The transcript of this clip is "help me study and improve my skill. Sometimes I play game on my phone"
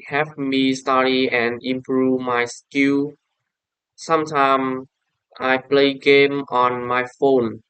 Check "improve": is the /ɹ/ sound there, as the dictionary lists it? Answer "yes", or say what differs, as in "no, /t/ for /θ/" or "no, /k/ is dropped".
yes